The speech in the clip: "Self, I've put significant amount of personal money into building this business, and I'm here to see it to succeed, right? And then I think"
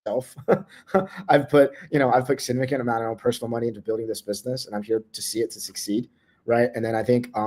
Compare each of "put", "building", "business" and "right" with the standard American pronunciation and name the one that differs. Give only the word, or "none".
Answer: none